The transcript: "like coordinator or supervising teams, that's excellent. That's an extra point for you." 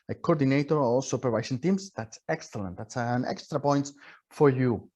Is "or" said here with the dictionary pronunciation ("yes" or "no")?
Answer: no